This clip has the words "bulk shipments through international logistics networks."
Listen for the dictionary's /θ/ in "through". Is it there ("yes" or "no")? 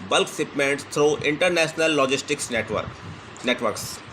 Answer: no